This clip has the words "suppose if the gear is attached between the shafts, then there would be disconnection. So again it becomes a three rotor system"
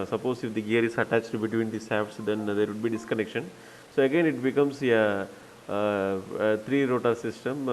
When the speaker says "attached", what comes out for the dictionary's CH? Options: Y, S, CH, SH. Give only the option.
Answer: CH